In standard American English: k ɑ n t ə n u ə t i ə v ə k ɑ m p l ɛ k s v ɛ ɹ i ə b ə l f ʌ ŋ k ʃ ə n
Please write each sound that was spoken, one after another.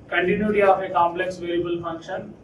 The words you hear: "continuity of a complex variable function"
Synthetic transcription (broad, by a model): k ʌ n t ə n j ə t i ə f ə k ɑ m p l ɛ k s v ɛ l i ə b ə l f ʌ ŋ k ʃ ə n